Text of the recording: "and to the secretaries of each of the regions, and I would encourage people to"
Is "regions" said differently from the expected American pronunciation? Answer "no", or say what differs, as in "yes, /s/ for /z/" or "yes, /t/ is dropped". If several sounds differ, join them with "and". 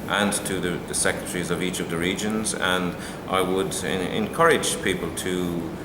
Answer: no